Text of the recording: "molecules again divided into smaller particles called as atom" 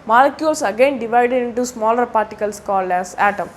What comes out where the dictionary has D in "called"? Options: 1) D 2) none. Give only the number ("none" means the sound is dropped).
2